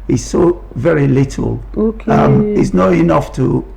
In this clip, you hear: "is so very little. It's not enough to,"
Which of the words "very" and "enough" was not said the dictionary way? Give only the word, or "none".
none